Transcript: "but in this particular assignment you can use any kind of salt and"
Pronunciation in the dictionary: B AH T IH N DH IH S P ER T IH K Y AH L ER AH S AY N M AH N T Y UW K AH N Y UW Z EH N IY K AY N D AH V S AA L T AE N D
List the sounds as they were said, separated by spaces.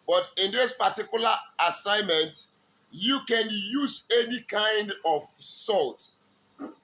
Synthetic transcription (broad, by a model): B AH T IH N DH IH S P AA T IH K Y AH L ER AH S AY N M AH N T Y UW K AH N Y UW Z EH N IY K AY N D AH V S AA L T